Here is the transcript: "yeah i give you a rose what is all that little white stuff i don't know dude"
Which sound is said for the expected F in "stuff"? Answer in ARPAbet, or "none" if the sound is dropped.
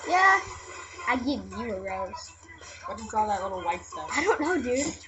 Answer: none